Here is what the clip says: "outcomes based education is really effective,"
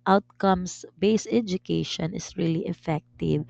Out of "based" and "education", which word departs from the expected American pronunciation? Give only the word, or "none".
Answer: based